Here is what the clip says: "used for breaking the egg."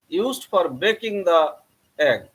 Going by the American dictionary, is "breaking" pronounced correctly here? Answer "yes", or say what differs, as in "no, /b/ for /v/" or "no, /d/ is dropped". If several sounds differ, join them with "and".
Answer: no, /ɹ/ is dropped